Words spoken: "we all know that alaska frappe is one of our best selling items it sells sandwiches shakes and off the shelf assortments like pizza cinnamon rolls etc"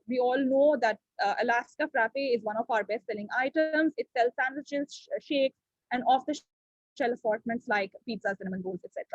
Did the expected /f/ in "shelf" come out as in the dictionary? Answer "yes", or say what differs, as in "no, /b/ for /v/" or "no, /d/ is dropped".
no, /f/ is dropped